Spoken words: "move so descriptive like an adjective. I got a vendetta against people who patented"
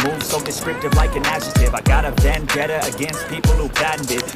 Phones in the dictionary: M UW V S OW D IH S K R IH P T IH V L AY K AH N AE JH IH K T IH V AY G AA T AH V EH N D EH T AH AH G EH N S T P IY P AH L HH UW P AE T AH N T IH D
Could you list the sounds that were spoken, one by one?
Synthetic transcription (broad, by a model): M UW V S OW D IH S K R IH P T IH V L AY K AH N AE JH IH T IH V AY G AA T AH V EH N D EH T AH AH G EH N S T P IY P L HH UW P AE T N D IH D